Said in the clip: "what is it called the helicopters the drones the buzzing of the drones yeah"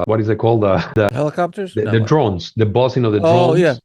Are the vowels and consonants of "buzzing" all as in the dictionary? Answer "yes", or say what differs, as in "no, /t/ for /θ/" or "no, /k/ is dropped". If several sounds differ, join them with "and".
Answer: no, /s/ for /z/